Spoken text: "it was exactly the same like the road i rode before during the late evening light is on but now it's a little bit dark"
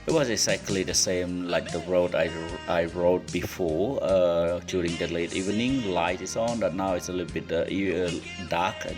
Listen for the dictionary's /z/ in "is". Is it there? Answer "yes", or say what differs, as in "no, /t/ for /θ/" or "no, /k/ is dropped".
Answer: no, /s/ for /z/